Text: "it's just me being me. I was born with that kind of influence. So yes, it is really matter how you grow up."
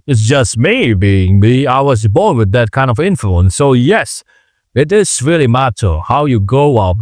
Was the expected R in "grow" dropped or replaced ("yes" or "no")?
yes